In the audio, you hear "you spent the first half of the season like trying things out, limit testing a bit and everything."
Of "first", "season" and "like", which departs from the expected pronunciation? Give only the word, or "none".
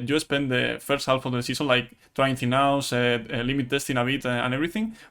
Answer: season